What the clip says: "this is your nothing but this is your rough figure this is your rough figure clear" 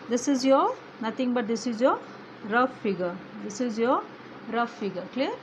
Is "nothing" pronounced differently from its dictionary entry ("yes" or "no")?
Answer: yes